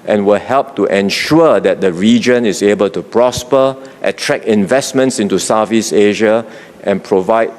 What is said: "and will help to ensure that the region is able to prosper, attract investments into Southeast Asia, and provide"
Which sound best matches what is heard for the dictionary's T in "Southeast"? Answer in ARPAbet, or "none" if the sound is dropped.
none